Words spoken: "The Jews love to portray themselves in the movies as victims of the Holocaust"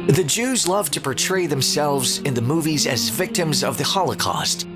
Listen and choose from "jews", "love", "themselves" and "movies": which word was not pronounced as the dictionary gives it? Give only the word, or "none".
none